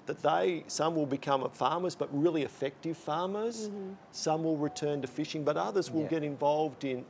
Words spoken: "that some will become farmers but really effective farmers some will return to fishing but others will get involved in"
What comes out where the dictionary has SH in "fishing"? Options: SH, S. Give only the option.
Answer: SH